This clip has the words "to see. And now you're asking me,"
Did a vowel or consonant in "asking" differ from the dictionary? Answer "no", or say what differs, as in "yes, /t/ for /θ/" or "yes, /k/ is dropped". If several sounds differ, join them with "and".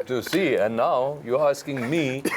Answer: no